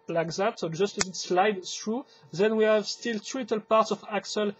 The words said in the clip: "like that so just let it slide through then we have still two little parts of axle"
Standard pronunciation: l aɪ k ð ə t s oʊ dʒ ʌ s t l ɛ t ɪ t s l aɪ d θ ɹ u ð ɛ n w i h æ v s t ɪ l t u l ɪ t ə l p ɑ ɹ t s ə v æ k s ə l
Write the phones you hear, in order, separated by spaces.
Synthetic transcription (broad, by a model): l aɪ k ð ə t s oʊ dʒ ʌ s t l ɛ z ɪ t s l aɪ d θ ɹ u ð ɛ n w i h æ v s t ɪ l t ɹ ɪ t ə l p ɑ ɹ t s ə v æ k s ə l